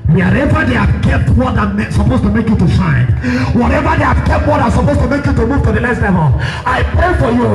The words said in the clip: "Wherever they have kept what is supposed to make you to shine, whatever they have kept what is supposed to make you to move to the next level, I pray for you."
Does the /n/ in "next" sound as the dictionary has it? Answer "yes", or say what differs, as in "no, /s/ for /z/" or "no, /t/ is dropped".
no, /l/ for /n/